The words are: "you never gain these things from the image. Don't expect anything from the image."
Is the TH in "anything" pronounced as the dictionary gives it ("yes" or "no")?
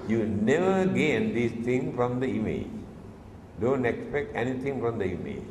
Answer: no